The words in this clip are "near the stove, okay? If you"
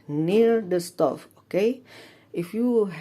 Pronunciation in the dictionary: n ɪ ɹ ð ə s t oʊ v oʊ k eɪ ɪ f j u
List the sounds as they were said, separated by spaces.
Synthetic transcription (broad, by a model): n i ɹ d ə s t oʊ f oʊ k eɪ ɪ f j u